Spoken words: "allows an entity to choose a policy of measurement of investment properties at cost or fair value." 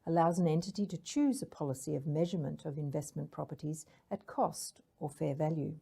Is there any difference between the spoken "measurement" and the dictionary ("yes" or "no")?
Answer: no